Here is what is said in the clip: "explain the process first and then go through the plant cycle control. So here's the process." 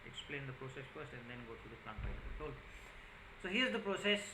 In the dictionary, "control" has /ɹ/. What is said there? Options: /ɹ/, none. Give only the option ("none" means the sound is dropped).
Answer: none